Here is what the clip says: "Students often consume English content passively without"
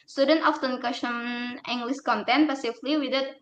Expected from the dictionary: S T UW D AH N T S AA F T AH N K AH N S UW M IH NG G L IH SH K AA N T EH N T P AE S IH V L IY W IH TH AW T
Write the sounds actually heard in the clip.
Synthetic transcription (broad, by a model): S T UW D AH N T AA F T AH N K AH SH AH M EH NG G L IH S K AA N T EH N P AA S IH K L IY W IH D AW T